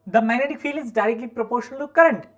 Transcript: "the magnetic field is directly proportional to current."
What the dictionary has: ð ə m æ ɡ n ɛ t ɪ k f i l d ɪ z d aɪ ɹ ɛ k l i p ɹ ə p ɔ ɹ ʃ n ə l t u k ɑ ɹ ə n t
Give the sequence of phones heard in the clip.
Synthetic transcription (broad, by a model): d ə m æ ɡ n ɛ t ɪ k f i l ɪ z d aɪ ɹ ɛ k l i p ɹ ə p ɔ ɹ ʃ ə n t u k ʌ ɹ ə n t